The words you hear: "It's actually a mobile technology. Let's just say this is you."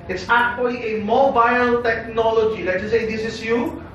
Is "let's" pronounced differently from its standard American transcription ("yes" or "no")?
yes